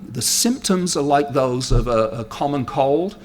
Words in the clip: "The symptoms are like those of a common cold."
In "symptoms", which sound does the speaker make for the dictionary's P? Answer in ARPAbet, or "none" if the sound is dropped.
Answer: P